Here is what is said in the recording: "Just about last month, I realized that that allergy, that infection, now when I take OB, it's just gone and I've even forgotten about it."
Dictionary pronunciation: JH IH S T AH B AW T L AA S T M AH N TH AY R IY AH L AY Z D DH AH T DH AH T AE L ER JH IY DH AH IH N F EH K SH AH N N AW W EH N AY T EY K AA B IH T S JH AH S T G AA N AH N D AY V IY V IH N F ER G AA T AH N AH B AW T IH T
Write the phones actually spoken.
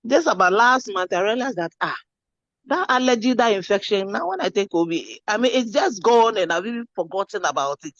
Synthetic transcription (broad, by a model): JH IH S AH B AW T L AA S T M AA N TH AY R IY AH L AY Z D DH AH T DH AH T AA L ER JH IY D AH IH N F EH K SH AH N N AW W EH N AY T EY K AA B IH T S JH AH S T G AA N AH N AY B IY B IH F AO G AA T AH N AH B AW T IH T